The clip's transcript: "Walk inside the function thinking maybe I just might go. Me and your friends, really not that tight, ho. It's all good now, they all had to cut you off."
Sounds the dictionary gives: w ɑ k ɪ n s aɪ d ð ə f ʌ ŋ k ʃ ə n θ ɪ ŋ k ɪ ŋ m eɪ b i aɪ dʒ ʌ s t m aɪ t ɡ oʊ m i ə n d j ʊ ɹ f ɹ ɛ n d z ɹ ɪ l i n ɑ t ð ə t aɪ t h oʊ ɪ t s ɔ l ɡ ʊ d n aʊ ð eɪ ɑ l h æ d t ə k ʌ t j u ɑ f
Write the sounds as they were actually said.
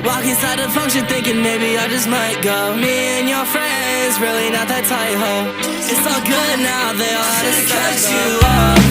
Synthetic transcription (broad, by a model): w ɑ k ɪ s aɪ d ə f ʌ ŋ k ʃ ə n θ ɪ ŋ k ɪ ŋ m eɪ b i aɪ dʒ ʌ s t m aɪ t ɡ oʊ m i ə n j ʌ ɹ f ɹ ɛ n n z ɹ ɪ l i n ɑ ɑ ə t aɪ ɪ h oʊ ɪ t s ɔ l ɡ ʊ d n aʊ ð eɪ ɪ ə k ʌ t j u